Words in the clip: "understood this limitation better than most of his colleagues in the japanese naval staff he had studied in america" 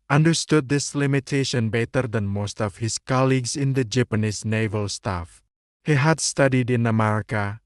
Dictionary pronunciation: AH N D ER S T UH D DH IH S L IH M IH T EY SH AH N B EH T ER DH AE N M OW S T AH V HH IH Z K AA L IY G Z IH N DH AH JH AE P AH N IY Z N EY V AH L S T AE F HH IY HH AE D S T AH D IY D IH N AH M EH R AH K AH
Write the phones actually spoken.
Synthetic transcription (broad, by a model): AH N D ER S T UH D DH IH S L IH M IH T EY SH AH N B EH T ER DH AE N M OW S T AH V HH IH S K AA L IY G S IH N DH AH JH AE P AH N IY S N EY V AH L S T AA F HH IY HH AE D S T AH D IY D IH N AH M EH R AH K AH